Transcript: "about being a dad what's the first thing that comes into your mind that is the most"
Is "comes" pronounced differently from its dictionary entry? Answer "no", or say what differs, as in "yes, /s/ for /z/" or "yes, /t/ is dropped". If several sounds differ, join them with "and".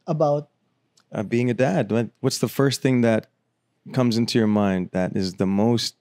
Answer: no